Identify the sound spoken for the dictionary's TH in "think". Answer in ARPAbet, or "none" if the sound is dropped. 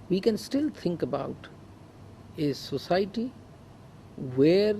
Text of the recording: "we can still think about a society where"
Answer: T